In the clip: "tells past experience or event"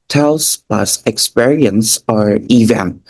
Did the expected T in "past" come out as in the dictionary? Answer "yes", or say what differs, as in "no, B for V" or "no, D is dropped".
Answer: no, T is dropped